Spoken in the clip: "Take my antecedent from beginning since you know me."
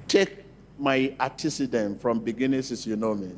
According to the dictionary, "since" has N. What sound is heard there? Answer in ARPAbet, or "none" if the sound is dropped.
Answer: none